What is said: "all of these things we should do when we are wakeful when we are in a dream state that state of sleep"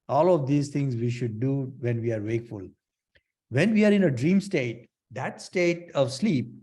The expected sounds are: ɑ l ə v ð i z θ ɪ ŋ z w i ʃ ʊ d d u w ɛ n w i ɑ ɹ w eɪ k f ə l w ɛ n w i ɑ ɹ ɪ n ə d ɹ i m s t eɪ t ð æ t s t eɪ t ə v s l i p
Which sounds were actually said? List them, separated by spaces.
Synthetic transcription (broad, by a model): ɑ l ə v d i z t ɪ ŋ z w i ʃ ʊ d d u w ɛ n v i ɑ ɹ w eɪ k f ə l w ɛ n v i ɑ ɹ ɪ n ə d ɹ i m s t eɪ t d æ t s t eɪ t ə v s l i p